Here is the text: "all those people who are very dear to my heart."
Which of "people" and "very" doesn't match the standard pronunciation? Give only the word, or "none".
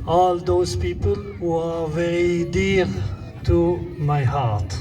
very